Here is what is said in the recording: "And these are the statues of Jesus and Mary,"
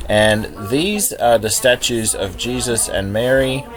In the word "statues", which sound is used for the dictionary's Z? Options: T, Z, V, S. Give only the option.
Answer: Z